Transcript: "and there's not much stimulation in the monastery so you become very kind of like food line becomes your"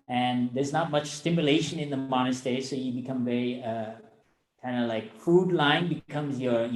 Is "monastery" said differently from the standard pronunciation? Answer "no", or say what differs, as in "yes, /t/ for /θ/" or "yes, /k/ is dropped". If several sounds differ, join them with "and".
yes, /ɹ/ is dropped